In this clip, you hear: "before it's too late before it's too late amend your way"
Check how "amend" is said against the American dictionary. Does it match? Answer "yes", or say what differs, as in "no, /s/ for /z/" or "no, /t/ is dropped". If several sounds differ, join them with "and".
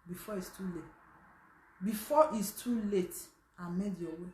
no, /n/ is dropped